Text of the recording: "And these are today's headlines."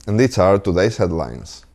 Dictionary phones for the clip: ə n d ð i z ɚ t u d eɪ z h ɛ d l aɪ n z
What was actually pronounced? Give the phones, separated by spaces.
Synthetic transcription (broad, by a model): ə n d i s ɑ t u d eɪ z h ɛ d l aɪ n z